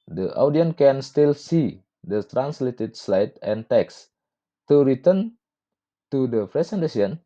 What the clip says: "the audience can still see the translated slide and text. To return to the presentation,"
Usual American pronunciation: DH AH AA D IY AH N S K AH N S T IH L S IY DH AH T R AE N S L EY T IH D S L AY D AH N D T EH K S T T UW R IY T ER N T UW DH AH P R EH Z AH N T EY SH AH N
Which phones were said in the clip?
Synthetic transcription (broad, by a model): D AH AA D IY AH N K AH N S T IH L S IY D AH T R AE N S L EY T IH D S L AY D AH N T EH K S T T UW R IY T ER N T UW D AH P R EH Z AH N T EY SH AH N